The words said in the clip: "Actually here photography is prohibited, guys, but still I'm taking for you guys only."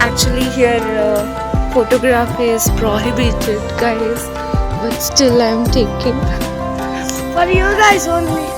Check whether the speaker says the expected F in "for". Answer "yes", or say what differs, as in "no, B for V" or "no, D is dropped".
no, P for F